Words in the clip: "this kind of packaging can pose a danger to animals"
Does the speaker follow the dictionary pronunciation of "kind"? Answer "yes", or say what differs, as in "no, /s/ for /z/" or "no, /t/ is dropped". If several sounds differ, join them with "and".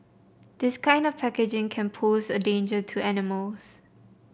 yes